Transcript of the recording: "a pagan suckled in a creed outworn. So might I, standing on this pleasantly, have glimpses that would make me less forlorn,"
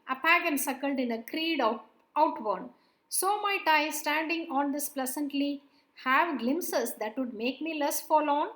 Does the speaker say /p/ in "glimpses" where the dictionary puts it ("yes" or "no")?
no